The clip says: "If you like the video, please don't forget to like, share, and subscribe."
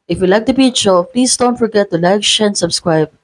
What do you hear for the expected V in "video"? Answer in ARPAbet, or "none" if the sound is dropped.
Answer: B